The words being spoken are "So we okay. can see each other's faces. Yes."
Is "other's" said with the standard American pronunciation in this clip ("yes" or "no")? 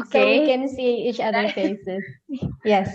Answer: no